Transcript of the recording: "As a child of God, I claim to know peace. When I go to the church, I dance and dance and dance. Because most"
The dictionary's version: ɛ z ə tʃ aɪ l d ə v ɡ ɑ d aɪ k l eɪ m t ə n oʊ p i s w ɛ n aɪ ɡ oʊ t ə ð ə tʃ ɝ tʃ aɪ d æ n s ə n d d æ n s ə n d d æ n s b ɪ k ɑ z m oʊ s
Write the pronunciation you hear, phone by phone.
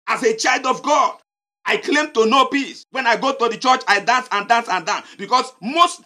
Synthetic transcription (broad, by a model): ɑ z ə tʃ aɪ l d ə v ɡ ɑ d aɪ k l eɪ m t ə n oʊ p i s w ɛ n aɪ ɡ oʊ t ə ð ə tʃ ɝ tʃ aɪ d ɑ n s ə n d d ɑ n s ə n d d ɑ n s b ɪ k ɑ s m oʊ s